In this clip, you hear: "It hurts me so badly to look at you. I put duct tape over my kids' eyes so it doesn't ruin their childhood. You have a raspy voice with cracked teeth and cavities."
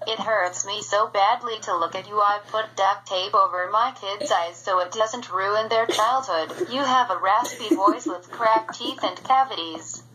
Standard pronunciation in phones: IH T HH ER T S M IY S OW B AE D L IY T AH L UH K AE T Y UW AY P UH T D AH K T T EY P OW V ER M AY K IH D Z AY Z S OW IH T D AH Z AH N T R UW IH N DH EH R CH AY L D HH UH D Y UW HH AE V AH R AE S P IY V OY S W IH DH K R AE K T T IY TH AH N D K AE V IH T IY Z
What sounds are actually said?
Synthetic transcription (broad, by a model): IH T HH ER T S M IY S OW B AE D L IY T AH L UH K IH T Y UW AY P UH T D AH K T T EY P OW V ER M AY K IH D Z AY Z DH OW IH T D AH Z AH N T R UW IH N DH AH R CH AY L D HH UH D Y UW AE V AH R AE S P IY V OY S W IH DH K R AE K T T IY TH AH N K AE V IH T IY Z